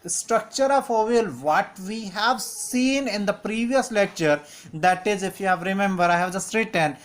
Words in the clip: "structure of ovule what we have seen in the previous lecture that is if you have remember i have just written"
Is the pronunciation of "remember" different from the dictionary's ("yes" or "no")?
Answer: no